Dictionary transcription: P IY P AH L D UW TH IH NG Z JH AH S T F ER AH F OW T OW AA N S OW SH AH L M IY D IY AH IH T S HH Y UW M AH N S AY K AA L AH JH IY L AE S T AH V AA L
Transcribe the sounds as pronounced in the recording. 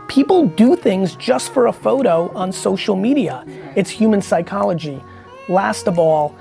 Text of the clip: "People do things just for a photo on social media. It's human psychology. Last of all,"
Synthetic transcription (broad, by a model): P IY P L D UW TH IH NG Z JH AH S T F ER AH F OW T OW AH N S OW SH L M IY D IY AH IH T S HH Y UW M AH N S AY K AA L AH JH IY L AE S T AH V AA L